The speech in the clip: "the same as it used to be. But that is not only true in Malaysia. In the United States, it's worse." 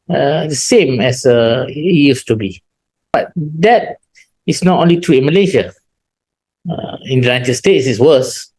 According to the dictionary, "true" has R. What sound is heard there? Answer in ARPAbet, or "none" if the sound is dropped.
none